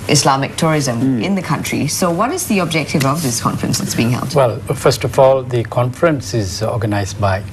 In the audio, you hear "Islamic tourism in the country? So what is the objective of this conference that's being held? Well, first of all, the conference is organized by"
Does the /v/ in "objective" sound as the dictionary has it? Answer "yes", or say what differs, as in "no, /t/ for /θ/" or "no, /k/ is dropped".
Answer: yes